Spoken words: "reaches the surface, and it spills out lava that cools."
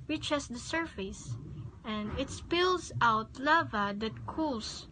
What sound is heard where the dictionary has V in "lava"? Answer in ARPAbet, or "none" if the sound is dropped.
V